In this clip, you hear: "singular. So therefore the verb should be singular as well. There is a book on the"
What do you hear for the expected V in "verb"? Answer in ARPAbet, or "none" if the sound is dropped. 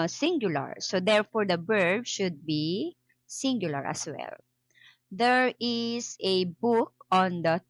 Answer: B